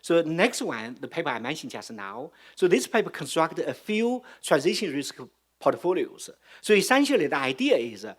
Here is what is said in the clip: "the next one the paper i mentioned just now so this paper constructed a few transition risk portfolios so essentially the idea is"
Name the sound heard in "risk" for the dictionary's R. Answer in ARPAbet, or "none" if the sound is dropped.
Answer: R